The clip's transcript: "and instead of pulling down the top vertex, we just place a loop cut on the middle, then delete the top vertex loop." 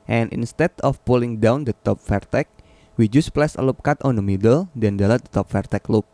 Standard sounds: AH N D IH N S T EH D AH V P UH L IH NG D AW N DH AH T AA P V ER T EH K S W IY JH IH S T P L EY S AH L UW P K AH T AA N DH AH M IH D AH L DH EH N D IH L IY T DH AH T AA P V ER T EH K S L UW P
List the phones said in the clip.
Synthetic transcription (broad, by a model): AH N IH N S T EH D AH F P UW L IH NG D AW N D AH T AA P F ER T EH K W IY JH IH S P L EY S AH L UW P K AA T AA N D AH M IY D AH L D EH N D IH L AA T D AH T AA P F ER T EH K L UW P